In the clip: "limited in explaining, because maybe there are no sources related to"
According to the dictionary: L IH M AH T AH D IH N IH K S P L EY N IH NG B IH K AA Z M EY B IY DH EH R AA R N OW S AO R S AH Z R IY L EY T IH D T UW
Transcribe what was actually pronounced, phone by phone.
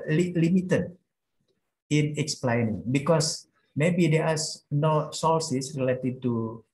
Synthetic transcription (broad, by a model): L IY M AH T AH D IH N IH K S P L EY N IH NG B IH K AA S M EY B IY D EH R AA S N OW S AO L S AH S R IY L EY T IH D T UW